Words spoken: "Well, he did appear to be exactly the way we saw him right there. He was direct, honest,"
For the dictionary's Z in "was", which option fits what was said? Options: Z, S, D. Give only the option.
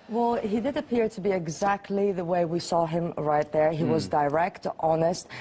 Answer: Z